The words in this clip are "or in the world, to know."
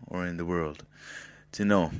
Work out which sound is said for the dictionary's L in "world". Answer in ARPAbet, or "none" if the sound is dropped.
L